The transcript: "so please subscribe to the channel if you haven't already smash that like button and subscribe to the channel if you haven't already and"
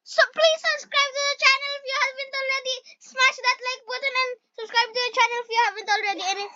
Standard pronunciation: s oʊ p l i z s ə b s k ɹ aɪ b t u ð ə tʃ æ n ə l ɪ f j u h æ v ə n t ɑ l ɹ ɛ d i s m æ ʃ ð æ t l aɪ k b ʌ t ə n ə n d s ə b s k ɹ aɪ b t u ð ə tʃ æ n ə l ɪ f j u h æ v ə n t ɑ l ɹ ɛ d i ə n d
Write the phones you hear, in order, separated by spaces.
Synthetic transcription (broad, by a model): s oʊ p l i z s ə b s k ɹ aɪ b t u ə tʃ æ n ə l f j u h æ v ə n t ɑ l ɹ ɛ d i s m æ ʃ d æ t l aɪ k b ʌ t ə n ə n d s ə b s k ɹ aɪ b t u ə tʃ æ n ə l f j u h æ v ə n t ɑ l ɹ ɛ d i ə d